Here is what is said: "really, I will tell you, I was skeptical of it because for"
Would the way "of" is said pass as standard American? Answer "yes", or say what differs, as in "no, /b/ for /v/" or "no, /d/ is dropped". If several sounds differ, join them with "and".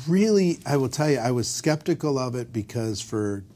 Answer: yes